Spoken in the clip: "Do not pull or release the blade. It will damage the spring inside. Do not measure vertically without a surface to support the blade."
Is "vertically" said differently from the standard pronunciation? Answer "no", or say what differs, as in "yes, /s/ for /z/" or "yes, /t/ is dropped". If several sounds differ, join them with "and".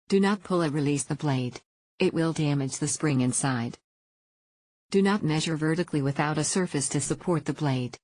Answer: no